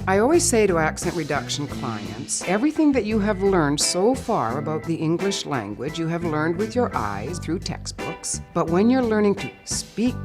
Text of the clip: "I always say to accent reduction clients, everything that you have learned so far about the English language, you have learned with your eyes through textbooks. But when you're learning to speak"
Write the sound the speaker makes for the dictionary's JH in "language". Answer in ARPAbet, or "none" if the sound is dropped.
JH